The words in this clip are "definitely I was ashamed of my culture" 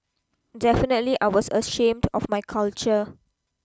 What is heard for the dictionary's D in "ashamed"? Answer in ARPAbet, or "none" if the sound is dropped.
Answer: D